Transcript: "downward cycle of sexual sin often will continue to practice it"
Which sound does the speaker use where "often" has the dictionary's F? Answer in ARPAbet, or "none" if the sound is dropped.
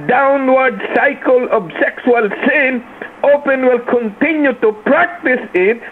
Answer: P